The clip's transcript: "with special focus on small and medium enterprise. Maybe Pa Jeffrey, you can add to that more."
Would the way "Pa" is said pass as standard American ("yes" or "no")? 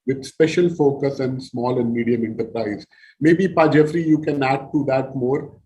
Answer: yes